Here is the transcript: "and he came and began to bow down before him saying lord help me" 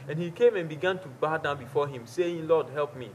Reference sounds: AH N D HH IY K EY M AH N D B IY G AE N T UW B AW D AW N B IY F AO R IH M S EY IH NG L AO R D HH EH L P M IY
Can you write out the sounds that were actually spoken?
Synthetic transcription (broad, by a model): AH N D HH IY K EY M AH N B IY G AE N T UW B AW D AW N B IY F AO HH IH M S EY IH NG L AO D HH EH L P M IY